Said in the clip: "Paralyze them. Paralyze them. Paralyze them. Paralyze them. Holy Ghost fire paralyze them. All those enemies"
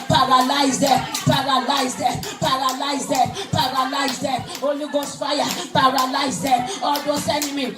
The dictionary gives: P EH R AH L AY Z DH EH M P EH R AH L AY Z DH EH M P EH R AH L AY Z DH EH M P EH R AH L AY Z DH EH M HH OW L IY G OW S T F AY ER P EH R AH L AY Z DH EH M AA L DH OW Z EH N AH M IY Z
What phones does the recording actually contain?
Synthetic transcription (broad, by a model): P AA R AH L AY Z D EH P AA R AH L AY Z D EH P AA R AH L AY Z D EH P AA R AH L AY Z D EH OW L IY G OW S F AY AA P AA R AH L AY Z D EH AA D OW S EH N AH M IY